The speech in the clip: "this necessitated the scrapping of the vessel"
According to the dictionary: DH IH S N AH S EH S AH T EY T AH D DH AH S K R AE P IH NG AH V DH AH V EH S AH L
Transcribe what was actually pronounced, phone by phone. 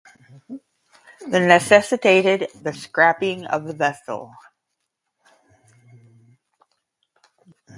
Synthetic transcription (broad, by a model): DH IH N AH S EH S AH T EY T AH D DH AH S K R AE P IH NG AH V DH AH V EH S L